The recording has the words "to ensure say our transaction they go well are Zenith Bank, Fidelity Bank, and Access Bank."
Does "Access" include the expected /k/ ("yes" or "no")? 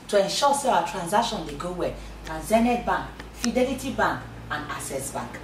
no